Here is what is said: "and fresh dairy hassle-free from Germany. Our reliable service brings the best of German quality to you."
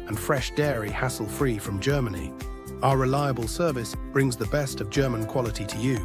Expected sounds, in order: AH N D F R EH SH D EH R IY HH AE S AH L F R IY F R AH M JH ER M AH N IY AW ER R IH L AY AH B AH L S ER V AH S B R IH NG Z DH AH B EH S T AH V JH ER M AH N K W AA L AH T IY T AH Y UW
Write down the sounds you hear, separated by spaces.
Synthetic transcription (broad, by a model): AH N F R EH SH D EH R IY HH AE S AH L F R IY F R AH M JH ER M AH N IY AW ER R IH L AY AH B AH L S ER V AH S B R IH NG Z DH AH B EH S T AH V JH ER M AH N K W AA L AH T IY T AH Y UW